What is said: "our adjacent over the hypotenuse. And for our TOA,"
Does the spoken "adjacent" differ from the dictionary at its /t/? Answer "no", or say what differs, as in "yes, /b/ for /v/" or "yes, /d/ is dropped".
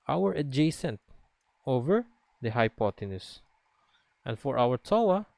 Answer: no